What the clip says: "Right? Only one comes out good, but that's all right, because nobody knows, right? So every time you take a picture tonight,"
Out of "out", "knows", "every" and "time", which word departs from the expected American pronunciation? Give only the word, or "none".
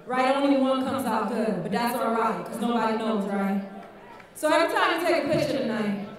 none